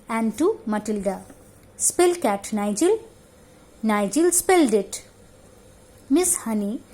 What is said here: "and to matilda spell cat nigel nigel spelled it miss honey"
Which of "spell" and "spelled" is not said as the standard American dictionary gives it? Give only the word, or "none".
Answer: none